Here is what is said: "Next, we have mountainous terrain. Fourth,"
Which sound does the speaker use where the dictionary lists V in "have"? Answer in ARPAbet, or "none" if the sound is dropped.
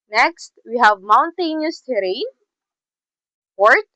V